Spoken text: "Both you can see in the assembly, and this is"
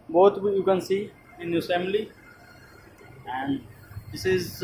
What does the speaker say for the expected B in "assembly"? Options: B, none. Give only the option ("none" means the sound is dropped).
none